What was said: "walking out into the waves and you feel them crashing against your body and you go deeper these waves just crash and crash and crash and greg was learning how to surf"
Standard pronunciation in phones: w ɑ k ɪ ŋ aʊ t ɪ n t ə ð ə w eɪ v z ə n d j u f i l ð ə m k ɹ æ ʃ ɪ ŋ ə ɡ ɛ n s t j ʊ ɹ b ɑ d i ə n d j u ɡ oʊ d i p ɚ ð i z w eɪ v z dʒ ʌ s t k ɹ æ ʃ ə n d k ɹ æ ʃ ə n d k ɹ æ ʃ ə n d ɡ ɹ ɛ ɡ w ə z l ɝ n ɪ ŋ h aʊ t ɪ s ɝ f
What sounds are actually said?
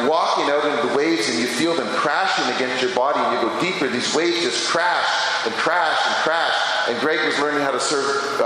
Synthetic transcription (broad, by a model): w ɑ k ɪ ŋ aʊ t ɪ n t ð ə w eɪ v z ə n j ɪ f i l ð ə m k ɹ æ ʃ ɪ ŋ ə ɡ ɛ n s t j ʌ ɹ b ɑ d i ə n j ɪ ɡ oʊ d i p ɚ ð i z w eɪ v z dʒ ʌ s k ɹ æ ʃ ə n k ɹ æ ʃ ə n k ɹ æ ʃ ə n ɡ ɹ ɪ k w ə z l ɝ n ɪ ŋ h aʊ t ɪ s ɝ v